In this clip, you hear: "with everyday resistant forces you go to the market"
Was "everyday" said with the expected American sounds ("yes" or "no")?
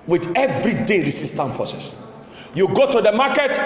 yes